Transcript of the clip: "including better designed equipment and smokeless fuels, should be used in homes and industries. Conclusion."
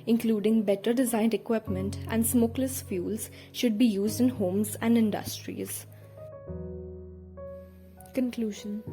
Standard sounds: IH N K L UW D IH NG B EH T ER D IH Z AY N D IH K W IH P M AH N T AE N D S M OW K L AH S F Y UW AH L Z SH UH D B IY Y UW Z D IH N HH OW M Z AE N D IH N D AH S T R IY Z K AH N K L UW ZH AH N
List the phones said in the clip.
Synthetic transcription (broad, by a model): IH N K L UW D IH NG B EH T ER D IH Z AY N D IH K W IH P M AH N T AE N D S M OW K L AH S F Y UW L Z SH UH D B IY Y UW Z D IH N HH OW M Z AE N D IH N D AH S T R IY Z K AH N K L UW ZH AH N